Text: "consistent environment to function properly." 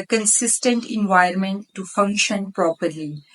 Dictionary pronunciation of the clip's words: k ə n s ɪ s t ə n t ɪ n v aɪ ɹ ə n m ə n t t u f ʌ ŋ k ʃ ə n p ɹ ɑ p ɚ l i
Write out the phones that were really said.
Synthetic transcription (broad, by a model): k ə n s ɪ s t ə n t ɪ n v aɪ ə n m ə n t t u f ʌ ŋ k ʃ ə n p ɹ ɑ p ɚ l i